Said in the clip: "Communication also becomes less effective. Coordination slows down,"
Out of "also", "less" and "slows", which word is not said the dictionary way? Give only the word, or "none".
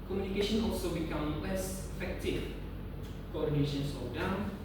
slows